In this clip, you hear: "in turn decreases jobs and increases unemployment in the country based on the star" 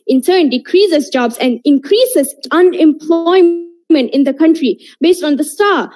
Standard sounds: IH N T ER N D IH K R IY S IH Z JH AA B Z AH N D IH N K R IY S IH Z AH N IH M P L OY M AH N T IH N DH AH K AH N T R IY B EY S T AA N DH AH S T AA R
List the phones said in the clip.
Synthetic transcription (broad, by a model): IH N S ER N D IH K R IY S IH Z JH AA B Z AH N D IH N K R IY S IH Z AH N IH M P L OY M AH N T IH N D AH K AH N T R IY B EY S T AA N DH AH S T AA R